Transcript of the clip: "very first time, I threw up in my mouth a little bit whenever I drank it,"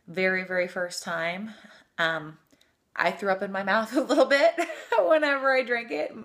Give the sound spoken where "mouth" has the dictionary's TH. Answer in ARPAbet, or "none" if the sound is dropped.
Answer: TH